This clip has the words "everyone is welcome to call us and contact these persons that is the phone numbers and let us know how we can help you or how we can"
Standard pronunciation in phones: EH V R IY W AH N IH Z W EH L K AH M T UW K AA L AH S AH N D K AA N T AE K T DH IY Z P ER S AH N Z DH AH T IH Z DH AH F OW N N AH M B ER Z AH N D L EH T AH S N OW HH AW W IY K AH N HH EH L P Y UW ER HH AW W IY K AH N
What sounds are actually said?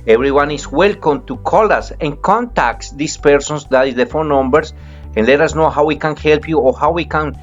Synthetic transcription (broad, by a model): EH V R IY W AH N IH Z W EH L K AH M T UW K AA L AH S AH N K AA N T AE K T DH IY S P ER S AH N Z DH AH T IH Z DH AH F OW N N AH M B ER S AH N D L EH T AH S N OW HH AW W IY K AH N HH EH L P Y UW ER HH AW W IY K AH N